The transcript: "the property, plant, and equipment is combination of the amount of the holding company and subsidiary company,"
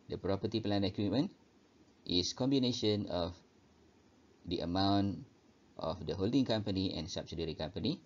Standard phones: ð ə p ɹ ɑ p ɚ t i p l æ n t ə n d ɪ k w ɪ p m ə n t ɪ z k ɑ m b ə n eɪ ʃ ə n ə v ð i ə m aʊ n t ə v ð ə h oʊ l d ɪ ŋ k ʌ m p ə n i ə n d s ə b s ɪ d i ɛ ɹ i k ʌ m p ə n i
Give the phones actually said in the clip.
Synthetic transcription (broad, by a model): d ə p ɹ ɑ p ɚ t i p l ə n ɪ k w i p m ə n t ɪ s k ɑ m b ə n eɪ ʃ ə n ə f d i ə m aʊ n t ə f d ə h oʊ l d ɪ ŋ k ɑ m p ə n i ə n s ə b s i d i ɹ i k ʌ m p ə n i